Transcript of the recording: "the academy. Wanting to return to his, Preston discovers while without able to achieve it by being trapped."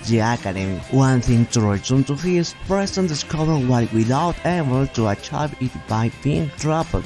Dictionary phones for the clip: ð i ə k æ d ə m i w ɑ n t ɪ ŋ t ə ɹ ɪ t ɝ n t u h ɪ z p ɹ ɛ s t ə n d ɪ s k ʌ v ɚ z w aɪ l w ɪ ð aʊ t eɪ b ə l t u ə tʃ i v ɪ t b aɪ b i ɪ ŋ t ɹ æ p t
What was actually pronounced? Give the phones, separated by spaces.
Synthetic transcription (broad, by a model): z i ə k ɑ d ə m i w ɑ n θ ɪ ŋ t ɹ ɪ s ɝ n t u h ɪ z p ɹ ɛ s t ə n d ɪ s k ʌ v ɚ w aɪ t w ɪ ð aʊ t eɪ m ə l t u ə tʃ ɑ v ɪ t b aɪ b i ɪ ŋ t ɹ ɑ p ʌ